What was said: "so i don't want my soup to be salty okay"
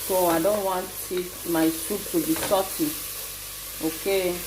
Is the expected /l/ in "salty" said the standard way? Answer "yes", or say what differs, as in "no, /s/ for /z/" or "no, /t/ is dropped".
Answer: no, /l/ is dropped